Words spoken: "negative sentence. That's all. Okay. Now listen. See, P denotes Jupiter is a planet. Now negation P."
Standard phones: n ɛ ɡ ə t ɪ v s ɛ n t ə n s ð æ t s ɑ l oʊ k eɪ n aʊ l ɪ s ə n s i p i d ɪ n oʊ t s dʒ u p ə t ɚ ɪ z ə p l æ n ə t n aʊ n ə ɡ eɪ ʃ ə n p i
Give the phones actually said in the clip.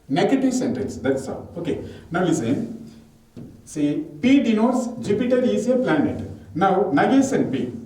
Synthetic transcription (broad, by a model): n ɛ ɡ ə t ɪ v s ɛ n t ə l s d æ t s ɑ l oʊ k eɪ n aʊ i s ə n s i p i d ɪ n oʊ t s dʒ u p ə t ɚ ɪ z ə p l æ n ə t n aʊ n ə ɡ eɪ s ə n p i